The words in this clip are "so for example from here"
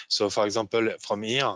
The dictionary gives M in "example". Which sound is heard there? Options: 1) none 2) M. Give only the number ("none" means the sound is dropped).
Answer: 1